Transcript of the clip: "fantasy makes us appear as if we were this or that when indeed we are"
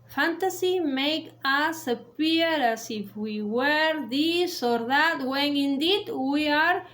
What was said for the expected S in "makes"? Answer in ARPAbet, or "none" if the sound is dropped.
none